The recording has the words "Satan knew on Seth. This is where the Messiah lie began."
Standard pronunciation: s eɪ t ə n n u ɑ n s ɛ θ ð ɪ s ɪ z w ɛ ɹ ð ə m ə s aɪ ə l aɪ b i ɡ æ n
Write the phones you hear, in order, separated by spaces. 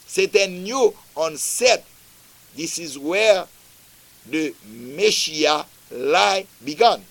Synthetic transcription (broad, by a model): s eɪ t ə n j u ɑ n s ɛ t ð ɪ s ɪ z w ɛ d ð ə m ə ʃ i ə l aɪ b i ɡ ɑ n